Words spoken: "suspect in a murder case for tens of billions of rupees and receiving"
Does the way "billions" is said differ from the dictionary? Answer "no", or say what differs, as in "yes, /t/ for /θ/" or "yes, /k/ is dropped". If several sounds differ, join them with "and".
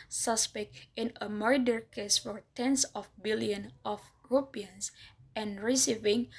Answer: yes, /z/ is dropped